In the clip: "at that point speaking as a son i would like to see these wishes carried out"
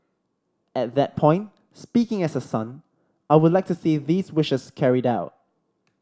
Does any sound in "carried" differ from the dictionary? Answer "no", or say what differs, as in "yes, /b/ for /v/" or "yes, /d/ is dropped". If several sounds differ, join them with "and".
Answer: no